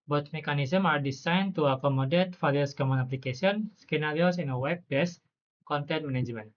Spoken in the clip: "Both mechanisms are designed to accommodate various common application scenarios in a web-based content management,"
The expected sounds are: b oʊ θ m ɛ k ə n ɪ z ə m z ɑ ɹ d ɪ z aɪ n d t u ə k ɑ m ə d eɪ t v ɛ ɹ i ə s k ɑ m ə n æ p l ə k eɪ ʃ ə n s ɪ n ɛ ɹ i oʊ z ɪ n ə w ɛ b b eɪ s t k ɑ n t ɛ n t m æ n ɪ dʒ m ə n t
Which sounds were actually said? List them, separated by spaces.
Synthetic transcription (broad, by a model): b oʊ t m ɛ k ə n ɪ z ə m ɑ ɹ d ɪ s aɪ n t u ə k ɑ m ə d eɪ t f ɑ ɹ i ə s k ɑ m ə n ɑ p l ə k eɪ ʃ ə n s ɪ n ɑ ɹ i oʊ s ɪ n ə w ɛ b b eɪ s k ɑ n t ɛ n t m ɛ n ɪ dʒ m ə n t